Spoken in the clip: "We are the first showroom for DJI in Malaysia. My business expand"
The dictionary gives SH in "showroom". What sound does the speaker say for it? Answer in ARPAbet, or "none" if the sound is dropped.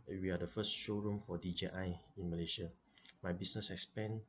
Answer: SH